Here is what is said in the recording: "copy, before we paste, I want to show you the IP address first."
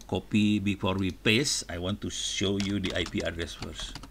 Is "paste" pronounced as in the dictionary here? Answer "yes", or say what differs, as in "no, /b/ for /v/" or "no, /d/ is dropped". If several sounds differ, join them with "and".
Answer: no, /t/ is dropped